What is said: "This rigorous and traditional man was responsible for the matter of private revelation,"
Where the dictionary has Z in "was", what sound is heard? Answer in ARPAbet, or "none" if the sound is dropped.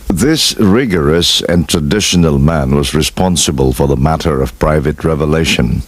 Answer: Z